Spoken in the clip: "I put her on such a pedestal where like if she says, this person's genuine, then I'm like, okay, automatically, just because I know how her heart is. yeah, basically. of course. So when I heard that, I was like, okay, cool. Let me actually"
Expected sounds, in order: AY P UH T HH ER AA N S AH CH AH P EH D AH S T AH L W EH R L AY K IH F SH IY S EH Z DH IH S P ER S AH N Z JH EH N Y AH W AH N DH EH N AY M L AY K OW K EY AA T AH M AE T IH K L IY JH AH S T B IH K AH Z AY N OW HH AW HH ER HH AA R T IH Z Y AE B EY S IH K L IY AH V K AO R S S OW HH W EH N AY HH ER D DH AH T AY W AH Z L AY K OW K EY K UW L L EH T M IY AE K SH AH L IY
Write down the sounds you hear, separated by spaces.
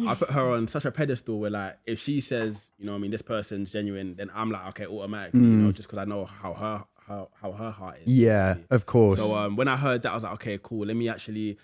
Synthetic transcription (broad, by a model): AY P UH T HH ER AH N S AH CH AH P EH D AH S T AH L W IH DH L AY K IH F SH IY S EH Z DH IH S P ER S AH N Z JH EH N Y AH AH N DH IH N AY M L AY K OW K EY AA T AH M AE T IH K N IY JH AH S K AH Z AY N OW HH AW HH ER HH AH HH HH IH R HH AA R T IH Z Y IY AH V K AO R S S OW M W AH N AY HH ER D DH AH T W AH Z L AY K OW K EY K UW L L EH T M IY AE K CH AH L IY